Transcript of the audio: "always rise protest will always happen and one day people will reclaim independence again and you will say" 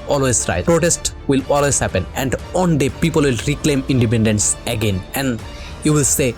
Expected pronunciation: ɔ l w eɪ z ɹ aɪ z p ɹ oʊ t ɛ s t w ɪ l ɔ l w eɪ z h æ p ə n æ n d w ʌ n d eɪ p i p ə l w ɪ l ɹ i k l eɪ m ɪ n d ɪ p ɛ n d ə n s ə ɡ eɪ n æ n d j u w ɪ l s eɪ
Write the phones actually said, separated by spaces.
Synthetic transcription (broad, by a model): ɔ l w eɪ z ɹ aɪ p ɹ oʊ t ɛ s t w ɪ l ɔ l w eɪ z h æ p ə n æ n d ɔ n d eɪ p i p ə l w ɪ l ɹ i k l eɪ m ɪ n d ɪ p ɛ n d ə n s ə ɡ eɪ n æ n d j u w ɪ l s eɪ